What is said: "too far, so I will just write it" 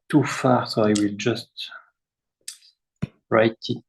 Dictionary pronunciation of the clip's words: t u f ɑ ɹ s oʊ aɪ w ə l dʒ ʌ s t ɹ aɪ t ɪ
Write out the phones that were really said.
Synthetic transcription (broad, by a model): t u f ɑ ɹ s oʊ aɪ w ə l dʒ ʌ s t ɹ aɪ t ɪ